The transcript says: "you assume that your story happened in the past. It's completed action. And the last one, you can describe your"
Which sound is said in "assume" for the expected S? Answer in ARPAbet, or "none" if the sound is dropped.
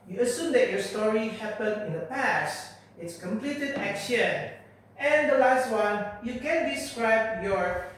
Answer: S